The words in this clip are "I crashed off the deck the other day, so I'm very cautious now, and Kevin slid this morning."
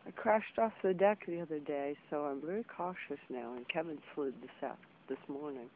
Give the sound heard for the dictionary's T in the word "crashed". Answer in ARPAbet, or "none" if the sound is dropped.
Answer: T